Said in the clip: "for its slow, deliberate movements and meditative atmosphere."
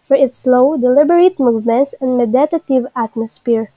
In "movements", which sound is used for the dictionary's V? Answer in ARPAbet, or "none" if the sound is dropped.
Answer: V